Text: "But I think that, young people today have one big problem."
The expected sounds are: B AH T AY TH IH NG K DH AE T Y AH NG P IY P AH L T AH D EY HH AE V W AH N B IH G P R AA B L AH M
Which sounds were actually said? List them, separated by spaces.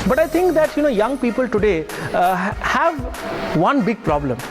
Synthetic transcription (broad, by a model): B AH T AY T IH NG K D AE T Y AH NG P IY P AH L T AH D EY HH AE V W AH N B IH G P R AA B L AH M